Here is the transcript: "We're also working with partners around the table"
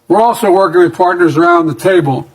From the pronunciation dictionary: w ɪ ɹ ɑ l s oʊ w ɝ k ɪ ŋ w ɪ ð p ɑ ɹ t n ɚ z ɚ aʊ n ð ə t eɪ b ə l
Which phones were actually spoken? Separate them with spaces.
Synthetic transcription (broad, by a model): w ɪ ɹ ɑ l s oʊ w ɝ k ɪ ŋ w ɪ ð p ɑ ɹ t n ɚ z ɚ aʊ n ð ə t eɪ b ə l